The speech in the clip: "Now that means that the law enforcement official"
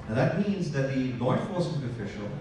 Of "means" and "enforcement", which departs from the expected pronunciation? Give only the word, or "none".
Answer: enforcement